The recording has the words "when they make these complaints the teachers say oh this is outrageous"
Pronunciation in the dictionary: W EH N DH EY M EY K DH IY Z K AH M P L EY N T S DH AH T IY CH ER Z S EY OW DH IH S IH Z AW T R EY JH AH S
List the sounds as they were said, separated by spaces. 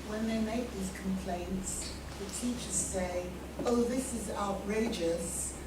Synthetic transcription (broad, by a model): W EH N DH EY M EY K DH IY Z K AH M P L EY N T S DH AH T IY CH ER Z S EY OW DH IH S IH Z AW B R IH JH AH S